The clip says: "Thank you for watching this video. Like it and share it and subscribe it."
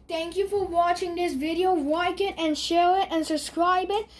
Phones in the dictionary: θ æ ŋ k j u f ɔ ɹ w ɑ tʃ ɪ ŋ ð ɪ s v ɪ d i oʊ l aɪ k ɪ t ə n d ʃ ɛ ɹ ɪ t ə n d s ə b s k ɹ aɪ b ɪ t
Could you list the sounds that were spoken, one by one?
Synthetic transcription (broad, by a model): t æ ŋ k j u f ɔ ɹ w ɑ tʃ ɪ ŋ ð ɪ s v ɪ d i oʊ w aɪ k ɪ t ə n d ʃ ɛ ɹ ɪ t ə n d s ə b s k ɹ aɪ b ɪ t